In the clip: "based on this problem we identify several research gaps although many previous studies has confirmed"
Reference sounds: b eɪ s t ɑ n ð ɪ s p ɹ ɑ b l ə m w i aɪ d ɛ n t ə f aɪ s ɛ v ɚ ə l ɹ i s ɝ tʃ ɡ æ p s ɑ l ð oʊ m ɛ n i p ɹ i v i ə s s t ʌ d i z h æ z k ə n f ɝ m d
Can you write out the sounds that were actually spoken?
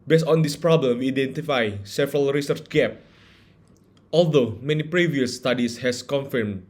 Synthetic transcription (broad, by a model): b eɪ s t ɑ n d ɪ s p ɹ ɑ b l ə m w i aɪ d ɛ n t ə f aɪ s ɛ v ɚ ə l ɹ i s ɝ tʃ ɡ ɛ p ɑ l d oʊ m ɛ n i p ɹ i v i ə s s t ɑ d i s h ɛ s k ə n f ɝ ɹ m